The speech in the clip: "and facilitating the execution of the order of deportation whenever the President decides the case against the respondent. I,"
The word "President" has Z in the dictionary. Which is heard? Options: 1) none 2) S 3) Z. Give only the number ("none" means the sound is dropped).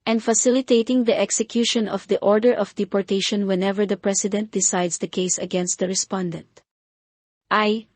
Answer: 2